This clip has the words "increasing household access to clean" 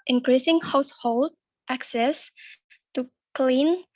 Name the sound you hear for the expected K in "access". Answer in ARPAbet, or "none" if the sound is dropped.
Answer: K